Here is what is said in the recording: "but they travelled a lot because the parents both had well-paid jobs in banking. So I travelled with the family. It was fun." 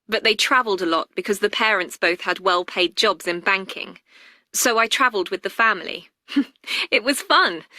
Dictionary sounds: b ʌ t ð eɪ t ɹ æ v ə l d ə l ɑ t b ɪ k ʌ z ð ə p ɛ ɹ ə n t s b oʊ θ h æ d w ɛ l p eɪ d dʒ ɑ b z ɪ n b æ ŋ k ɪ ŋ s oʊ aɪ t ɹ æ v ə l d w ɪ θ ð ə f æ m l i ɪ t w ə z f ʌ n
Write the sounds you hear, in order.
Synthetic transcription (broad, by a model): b ʌ t ð eɪ t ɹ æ v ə l d ə l ɑ t b ɪ k ʌ z ð ə p ɛ ɹ ə n t s b oʊ θ h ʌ d w ɛ l p eɪ d dʒ ɑ b z ɪ n b æ ŋ k ɪ ŋ s oʊ aɪ t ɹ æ v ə l d w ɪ ð ə f æ m l i ɪ t w ə z f ʌ n